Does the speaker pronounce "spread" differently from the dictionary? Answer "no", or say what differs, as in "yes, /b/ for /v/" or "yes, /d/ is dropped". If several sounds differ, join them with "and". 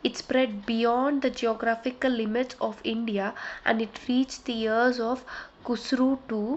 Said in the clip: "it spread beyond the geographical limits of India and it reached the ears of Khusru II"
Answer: no